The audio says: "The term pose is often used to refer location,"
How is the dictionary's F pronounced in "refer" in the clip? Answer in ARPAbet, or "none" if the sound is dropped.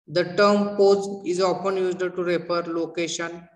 P